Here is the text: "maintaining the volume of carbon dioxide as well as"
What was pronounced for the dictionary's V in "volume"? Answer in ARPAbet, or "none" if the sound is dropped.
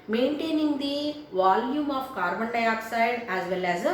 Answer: V